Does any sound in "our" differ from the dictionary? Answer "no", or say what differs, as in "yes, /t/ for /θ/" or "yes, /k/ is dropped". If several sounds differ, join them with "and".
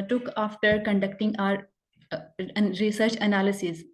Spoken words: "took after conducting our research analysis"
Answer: no